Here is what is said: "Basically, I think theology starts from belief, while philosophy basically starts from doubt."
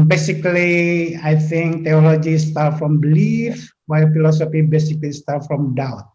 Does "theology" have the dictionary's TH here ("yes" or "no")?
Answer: no